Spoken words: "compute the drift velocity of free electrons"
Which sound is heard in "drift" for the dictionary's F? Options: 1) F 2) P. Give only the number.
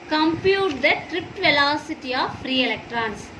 2